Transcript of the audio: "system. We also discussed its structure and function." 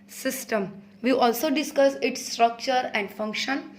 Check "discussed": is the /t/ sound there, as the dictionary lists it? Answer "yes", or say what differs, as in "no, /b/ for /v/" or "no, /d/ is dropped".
no, /t/ is dropped